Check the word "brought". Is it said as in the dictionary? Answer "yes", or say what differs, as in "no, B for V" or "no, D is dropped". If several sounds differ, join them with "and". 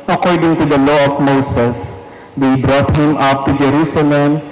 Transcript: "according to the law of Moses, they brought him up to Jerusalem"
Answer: yes